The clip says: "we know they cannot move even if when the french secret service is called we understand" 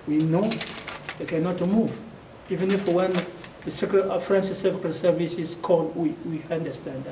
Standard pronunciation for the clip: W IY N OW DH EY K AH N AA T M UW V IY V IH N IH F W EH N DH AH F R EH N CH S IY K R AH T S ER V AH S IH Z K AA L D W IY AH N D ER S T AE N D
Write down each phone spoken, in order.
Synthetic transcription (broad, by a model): W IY N OW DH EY K AH N AA T M UW V IY V IH N IH F W EH N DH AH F R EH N S S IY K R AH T S ER V AH S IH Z K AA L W W IY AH N D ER S T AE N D